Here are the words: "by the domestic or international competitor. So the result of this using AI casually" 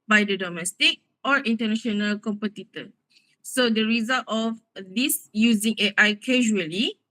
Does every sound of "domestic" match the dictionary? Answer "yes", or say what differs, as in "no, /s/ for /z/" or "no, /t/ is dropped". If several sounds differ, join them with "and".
yes